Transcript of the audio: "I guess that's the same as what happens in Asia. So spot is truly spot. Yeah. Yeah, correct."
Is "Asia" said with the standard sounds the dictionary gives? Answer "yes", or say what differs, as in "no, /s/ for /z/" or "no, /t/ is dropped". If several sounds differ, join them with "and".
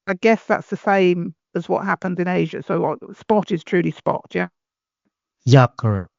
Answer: yes